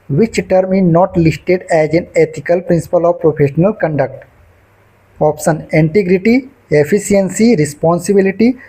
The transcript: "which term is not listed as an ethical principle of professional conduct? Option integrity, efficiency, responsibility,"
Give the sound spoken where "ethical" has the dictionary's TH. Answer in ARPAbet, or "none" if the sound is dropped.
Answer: T